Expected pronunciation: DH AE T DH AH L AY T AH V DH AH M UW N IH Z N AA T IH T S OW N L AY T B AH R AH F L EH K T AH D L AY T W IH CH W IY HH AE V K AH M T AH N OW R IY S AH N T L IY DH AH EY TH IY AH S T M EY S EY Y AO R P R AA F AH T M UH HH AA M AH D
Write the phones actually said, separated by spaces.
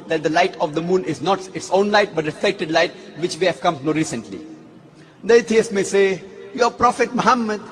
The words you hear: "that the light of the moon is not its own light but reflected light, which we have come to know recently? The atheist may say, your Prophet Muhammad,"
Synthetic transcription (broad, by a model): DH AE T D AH L AY T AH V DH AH M UW N IH Z N AA T IH T S OW N L AY T B AH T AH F EH K T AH D L AY T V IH CH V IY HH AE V K AH M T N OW R IY S AH N T L IY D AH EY T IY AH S M EY S EY Y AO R P R AA F AH T M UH HH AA M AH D